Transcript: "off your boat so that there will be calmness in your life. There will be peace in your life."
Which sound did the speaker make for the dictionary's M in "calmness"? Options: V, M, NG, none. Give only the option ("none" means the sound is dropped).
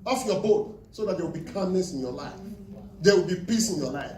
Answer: none